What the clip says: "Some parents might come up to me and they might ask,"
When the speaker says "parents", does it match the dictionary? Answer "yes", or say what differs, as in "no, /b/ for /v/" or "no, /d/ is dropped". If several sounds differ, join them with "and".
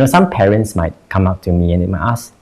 yes